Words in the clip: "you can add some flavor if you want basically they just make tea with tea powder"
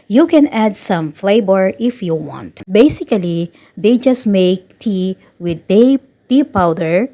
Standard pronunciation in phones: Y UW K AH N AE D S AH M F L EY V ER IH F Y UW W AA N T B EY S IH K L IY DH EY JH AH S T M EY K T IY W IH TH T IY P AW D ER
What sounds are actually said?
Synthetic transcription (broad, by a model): Y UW K AH N AE D S AH M F L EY B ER IH F Y UW W AA N T B EY S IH K L IY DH EY JH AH S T M EY K T IY W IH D T IY P AW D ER